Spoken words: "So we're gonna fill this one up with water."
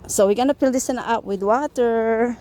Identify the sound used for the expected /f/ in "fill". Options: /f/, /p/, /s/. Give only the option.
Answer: /p/